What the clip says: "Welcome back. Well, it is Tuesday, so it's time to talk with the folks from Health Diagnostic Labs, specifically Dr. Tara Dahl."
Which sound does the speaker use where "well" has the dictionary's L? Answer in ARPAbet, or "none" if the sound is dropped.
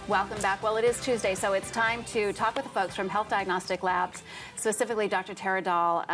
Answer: L